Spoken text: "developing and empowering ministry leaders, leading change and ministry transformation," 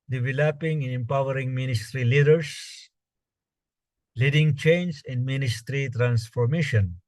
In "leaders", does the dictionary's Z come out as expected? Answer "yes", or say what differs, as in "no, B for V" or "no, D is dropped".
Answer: no, S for Z